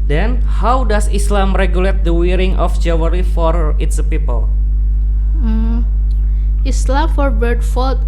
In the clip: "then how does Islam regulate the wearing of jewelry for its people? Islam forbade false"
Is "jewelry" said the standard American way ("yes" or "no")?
no